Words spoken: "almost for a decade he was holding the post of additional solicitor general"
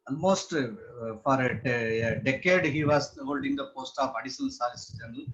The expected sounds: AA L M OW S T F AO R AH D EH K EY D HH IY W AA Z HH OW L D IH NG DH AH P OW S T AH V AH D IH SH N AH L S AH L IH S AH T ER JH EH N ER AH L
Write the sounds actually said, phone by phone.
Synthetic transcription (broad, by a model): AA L M OW S T F AO R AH D EH K EY D HH IY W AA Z HH OW L D IH NG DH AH P OW S T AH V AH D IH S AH N S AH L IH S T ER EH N